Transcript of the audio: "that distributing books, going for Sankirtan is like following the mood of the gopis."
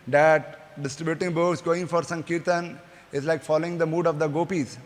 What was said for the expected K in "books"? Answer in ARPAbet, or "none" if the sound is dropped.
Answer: none